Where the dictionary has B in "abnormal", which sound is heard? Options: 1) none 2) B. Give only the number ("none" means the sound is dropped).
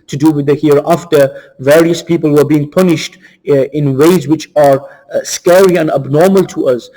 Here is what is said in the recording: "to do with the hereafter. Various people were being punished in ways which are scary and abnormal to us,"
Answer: 2